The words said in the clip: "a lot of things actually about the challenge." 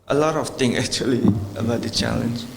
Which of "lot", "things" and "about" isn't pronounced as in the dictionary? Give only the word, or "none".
things